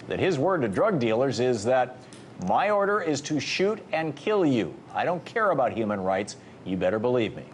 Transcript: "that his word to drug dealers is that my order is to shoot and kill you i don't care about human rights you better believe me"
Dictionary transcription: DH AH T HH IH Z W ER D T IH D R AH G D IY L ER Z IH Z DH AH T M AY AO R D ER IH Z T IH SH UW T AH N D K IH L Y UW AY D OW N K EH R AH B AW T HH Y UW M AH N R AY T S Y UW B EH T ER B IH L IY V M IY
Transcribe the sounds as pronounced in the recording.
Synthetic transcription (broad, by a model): DH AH T HH IH Z W ER D T IH D R AH G D IY L ER Z IH Z DH AH T M AY AO R D ER IH Z T IH SH UW T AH N K IH L Y UW AY D OW N K EH R AH B AW T HH Y UW M AH N R AY T S Y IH B EH T ER B IH L IY V M IY